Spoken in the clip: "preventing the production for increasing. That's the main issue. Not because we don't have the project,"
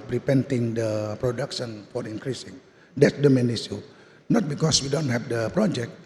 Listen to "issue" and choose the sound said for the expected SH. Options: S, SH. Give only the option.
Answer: S